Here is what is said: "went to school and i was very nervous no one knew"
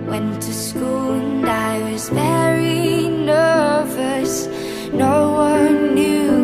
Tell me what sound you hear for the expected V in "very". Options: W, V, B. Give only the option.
B